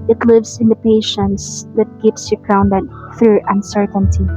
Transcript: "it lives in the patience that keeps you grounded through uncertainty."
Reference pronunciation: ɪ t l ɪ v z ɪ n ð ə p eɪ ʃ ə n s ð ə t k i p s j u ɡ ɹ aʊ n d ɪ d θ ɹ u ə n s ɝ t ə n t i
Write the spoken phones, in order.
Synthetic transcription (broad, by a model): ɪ t l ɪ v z ɪ n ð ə p eɪ ʃ ə n s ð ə t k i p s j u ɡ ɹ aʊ n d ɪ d θ ɹ u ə n s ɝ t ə n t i